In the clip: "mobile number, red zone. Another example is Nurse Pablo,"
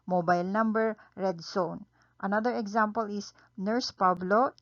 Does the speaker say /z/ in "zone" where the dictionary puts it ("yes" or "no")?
no